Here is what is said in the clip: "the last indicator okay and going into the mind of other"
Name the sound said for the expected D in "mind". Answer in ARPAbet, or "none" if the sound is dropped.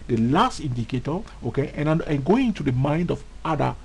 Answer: D